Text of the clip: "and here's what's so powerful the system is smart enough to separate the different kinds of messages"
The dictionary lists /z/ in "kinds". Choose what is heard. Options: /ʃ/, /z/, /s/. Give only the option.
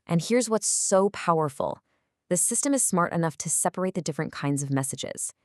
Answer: /z/